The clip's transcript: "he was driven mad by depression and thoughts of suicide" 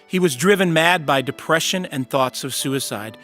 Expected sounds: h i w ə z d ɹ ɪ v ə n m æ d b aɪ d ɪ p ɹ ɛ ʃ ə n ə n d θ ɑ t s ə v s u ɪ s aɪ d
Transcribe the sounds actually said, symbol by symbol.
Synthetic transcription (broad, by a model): h i w ə z d ɹ ɪ v ə n m æ d b aɪ d ɪ p ɹ ɛ ʃ ə n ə n θ ɑ t s ə v s u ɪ s aɪ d